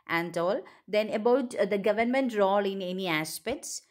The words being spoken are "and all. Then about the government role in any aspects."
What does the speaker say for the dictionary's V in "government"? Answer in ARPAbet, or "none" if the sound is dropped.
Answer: V